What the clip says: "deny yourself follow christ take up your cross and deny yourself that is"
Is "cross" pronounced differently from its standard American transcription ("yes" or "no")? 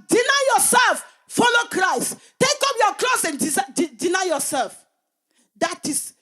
yes